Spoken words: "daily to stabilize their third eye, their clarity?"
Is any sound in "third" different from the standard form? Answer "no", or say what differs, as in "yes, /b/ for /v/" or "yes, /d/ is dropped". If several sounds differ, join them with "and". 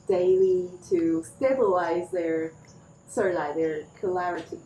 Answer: yes, /s/ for /θ/